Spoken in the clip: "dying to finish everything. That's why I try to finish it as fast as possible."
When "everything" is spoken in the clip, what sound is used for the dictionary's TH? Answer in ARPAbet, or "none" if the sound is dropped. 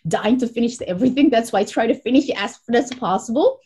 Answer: TH